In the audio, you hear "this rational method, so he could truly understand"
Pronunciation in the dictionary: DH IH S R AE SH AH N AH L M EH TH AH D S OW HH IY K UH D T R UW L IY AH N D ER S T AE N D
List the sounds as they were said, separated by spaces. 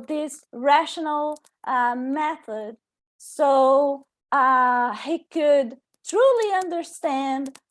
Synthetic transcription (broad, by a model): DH IH S R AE SH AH N L M EH TH AH D S OW HH IY K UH D T R UW L IY AH N D ER S T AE N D